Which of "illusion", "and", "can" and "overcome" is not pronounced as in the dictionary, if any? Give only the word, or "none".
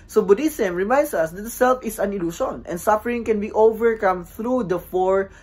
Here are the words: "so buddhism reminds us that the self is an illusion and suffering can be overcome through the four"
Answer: illusion